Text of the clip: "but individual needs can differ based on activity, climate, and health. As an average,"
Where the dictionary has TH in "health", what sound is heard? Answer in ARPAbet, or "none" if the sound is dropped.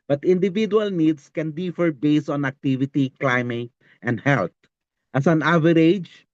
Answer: T